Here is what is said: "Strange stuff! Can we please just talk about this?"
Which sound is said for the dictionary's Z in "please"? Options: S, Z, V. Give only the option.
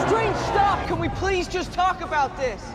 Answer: Z